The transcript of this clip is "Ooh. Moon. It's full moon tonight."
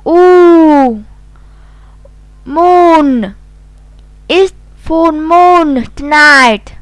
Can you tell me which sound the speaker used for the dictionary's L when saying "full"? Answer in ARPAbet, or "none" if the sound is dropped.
N